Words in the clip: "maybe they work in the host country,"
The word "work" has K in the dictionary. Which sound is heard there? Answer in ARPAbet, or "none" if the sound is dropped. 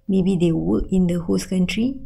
none